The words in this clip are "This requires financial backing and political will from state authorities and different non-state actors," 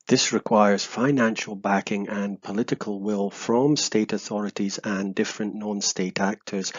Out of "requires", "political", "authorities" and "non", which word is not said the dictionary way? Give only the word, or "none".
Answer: none